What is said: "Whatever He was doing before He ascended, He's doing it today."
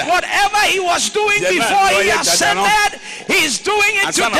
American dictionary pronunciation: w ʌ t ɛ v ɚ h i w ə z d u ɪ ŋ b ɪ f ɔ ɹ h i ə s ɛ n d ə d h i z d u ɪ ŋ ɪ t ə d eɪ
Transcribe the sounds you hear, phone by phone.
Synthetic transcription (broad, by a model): w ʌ t ɛ v ɚ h i w ə z d u ɪ ŋ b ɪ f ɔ ɹ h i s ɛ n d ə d h i z d u ɪ ŋ ɪ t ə